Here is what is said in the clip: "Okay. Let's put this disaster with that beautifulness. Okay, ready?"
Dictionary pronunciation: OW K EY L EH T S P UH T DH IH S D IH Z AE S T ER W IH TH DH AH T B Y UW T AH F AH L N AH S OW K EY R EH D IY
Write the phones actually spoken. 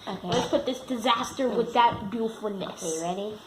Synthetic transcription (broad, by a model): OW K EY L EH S P UH T DH IH S D IH Z AE S T ER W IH DH AH T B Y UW F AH N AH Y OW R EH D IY